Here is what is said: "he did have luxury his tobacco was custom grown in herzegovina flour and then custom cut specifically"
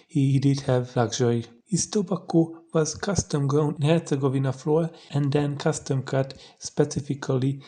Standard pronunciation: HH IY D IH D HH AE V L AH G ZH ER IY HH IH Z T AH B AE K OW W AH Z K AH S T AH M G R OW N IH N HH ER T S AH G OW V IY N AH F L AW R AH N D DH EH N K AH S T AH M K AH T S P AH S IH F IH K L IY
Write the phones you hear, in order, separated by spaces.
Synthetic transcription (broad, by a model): HH IY D IH D HH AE V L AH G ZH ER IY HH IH S T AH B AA K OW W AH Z K AH S T AH M G OW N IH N HH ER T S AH G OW V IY N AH F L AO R AH N D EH N K AH S T AH M K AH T S P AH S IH F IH K L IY